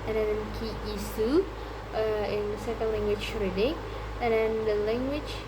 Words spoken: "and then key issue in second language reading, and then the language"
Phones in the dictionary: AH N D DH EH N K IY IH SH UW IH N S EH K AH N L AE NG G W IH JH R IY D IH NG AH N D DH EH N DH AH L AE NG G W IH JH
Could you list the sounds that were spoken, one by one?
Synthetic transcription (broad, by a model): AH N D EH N K IY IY S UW IH N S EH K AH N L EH NG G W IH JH R IY D IH NG AH N D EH N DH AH L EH NG G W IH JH